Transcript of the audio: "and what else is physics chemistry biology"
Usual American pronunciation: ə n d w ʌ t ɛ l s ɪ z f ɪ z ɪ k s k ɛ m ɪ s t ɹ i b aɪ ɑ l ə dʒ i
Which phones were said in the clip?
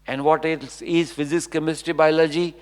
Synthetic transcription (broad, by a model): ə n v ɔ t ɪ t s ɪ z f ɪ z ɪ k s k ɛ m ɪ s t i b aɪ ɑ l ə dʒ i